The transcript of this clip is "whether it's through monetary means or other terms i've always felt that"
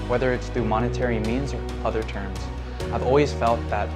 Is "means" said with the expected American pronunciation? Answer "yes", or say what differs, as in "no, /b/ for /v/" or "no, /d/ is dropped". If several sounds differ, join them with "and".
yes